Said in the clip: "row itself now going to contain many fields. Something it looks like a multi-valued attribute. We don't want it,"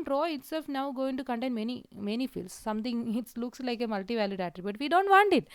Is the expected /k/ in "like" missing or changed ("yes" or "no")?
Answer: no